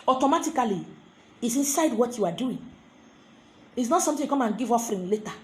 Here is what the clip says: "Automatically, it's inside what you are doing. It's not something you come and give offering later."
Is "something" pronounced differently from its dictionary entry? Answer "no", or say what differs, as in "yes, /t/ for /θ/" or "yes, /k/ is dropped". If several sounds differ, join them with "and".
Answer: yes, /t/ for /θ/